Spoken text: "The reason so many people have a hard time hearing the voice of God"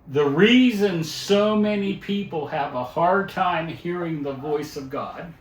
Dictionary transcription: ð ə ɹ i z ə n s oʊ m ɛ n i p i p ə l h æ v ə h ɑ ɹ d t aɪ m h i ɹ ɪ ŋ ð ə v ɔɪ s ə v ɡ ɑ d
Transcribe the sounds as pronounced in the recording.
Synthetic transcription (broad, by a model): ð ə ɹ i z ə n s oʊ m ɛ n i p i p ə l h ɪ v ə h ɑ ɹ d t aɪ m h i ɹ ɪ ŋ ð ə v ɔɪ s ə v ɡ ɑ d